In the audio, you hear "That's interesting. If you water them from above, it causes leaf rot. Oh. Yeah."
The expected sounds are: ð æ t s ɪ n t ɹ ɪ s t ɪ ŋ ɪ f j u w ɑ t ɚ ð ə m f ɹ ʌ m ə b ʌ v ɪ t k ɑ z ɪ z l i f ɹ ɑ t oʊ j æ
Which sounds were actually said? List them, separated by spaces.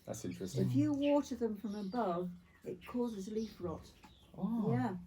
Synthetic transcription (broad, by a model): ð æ t s ɪ n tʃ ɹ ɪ s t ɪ ɪ f j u w ɑ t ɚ ð ə m f ɹ ʌ m ə b ʌ v ɪ t k ɑ z ɪ z l i f ɹ ɑ t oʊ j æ